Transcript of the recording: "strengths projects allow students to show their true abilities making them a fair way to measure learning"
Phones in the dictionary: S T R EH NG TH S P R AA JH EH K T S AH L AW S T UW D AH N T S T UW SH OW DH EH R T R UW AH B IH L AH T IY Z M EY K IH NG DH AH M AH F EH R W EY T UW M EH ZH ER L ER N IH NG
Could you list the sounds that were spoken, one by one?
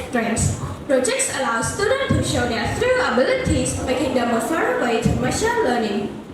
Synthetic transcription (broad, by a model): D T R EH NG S P R AA JH EH K T S AH L AW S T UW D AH N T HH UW SH OW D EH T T R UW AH B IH L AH T IY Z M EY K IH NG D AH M AH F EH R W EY T UW M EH SH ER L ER N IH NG